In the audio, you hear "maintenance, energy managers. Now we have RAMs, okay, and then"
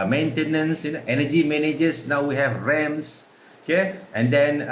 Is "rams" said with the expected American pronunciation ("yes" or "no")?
no